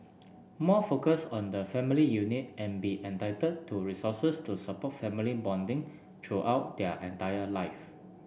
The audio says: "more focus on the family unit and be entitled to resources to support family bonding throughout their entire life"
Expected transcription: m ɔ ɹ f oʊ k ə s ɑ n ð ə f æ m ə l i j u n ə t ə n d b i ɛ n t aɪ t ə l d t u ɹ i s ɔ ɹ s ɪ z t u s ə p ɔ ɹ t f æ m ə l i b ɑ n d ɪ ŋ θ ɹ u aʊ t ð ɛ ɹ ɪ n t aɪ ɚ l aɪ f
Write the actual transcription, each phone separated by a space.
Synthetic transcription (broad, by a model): m ɔ f oʊ k ə s ɑ n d ə f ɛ m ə l i j u n ə t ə n b i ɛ n t aɪ t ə d t u ɹ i s ɔ s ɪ s t u s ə p ɔ t f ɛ m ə l i b ɑ n d ɪ ŋ t ɹ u aʊ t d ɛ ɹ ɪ n t aɪ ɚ l aɪ f